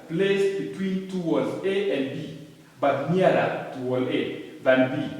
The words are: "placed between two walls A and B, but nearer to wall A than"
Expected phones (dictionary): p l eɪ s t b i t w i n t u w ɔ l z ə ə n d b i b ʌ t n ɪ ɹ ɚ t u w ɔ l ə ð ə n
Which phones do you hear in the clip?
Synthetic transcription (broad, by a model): p l eɪ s b i t w i n t u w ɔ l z ə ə n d b i b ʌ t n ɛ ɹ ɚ t u w ɔ l ə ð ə n